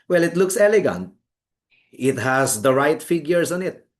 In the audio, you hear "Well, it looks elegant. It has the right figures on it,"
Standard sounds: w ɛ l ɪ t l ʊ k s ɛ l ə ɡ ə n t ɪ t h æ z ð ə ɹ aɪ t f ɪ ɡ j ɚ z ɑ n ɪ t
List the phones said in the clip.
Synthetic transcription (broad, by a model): w ɛ l ɪ t l ʊ k s ɛ l ə ɡ ə n t ɪ t h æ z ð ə ɹ aɪ t f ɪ ɡ j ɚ s ɑ n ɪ t